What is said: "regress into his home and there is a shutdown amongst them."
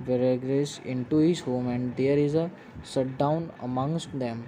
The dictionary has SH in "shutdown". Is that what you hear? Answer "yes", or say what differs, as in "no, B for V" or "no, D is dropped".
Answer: no, S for SH